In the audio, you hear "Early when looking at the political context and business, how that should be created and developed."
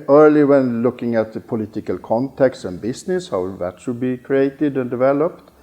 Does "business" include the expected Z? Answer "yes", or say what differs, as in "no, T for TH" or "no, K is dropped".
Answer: no, S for Z